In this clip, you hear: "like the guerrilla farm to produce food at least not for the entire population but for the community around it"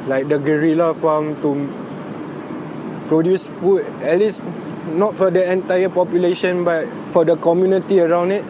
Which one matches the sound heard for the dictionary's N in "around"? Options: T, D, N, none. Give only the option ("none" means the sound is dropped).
N